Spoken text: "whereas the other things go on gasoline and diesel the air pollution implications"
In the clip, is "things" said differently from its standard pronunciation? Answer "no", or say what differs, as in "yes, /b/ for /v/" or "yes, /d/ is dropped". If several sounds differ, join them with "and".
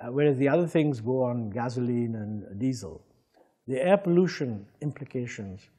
no